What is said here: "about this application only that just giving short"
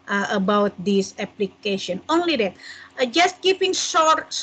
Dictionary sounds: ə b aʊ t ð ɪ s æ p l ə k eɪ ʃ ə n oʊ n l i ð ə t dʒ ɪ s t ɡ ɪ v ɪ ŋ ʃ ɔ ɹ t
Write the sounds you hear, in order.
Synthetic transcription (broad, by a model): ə b aʊ t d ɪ s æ p l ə k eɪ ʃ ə n oʊ n l i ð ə t dʒ ɪ s t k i p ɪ ŋ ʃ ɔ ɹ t